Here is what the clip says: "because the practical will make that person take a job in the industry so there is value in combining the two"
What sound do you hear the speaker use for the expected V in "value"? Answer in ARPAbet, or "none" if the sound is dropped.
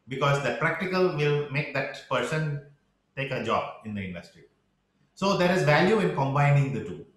V